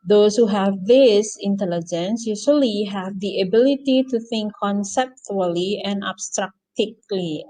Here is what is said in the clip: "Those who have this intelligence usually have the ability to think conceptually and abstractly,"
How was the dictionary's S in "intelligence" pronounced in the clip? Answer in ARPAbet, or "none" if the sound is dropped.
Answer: S